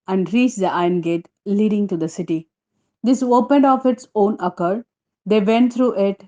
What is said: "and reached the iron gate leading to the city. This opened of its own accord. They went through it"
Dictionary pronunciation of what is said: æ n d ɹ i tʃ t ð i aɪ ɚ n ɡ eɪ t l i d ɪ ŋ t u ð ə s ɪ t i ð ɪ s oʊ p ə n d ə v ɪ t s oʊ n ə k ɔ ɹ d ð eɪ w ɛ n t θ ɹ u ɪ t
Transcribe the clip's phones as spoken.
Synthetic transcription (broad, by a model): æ n d ɹ i tʃ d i aɪ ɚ n ɡ eɪ t l i d ɪ ŋ t u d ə s ɪ t i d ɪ s oʊ p ə n d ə f ɪ t s oʊ n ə k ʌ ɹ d eɪ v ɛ n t t ɹ u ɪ t